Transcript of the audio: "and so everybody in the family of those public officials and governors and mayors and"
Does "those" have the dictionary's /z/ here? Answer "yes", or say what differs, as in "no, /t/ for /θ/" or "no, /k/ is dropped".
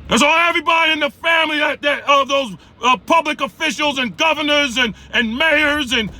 yes